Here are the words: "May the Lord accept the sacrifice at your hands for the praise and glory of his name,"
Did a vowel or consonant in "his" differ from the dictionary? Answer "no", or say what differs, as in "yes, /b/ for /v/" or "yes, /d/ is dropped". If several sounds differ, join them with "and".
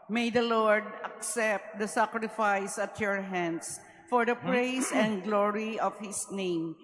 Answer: yes, /s/ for /z/